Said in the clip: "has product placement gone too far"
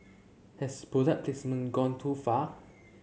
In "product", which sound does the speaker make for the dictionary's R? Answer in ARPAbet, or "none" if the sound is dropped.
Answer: none